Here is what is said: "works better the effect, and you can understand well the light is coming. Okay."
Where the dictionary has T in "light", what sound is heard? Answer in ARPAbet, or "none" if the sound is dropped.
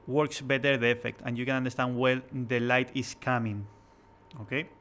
T